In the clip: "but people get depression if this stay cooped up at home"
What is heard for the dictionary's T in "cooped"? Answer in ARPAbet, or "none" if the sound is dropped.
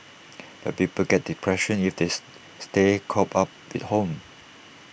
none